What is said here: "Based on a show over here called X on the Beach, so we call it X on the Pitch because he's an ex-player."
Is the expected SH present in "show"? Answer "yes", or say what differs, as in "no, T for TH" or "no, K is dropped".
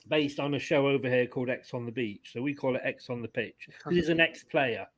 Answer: yes